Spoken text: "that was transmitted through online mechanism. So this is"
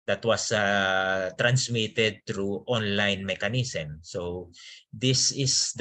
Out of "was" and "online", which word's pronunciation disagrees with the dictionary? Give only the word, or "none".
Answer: was